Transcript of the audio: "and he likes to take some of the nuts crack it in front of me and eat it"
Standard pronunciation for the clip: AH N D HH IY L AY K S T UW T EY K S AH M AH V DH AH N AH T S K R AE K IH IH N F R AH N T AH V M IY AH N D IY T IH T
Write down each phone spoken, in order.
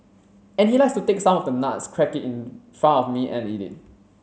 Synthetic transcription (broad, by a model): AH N HH IY L AY K S T UW T EY K S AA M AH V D AH N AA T S K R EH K IH IH N F R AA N AH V M IY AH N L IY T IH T